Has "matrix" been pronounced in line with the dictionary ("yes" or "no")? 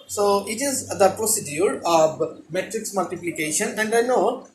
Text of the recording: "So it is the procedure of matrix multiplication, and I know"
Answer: yes